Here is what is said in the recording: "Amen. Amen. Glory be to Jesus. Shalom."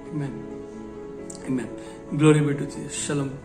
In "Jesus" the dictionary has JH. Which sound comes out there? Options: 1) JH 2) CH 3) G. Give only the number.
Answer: 2